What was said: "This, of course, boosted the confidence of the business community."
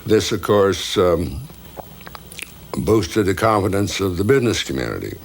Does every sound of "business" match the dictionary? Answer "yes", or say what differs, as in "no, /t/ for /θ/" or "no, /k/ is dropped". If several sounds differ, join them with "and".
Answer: yes